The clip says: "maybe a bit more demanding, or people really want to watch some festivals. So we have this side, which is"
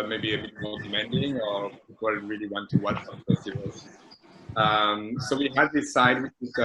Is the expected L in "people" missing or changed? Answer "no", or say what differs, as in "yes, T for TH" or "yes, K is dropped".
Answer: yes, N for L